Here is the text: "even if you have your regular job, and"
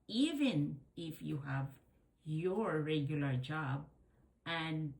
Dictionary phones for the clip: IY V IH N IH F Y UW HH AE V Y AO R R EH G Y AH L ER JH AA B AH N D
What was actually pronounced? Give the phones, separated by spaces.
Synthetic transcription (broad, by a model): IY V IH N IH F Y UW HH AE V Y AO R R EH G Y AH L ER JH AA B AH N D